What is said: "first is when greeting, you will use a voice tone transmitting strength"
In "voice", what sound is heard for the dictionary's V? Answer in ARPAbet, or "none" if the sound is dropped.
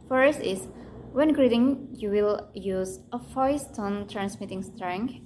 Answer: F